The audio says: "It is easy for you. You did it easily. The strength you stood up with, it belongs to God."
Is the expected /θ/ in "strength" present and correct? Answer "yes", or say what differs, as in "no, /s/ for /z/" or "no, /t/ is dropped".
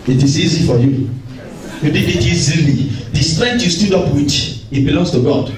no, /t/ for /θ/